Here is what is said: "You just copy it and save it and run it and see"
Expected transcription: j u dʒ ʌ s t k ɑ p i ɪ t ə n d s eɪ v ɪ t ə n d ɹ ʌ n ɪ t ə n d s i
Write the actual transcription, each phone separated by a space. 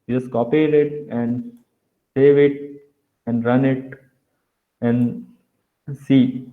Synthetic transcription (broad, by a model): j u dʒ ʌ s t k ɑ p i ɪ t ə n d s eɪ v ɪ t ə n d ɹ ʌ n ɪ t ə n d s i